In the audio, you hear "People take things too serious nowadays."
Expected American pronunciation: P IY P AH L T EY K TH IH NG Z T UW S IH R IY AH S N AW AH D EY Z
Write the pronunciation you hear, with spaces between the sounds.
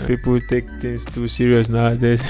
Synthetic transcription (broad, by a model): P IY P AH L T EY K T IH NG S T UW S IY R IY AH S N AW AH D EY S